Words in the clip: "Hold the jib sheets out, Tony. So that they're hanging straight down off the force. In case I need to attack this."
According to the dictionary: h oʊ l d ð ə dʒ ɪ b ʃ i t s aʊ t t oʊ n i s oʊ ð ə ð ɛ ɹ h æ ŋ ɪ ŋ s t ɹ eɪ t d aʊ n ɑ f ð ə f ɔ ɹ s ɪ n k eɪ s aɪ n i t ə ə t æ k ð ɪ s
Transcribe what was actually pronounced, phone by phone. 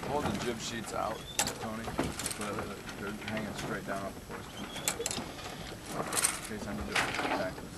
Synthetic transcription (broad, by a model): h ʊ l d ð ə dʒ ɪ b ʃ i t s aʊ t t oʊ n i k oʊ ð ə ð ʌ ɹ h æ ŋ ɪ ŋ s t ɹ eɪ t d aʊ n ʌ p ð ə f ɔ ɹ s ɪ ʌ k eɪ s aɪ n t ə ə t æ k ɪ